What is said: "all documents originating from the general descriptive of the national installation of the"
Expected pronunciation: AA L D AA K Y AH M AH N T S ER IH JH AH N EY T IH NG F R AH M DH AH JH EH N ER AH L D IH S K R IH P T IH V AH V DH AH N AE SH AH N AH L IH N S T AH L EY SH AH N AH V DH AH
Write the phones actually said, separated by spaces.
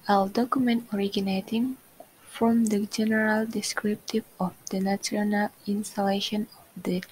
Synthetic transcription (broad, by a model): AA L D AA K Y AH M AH N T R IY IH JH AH N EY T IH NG F R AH M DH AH JH EH N ER AH L D IH S K R IH P T IH V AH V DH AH N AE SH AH N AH L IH N S T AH L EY SH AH N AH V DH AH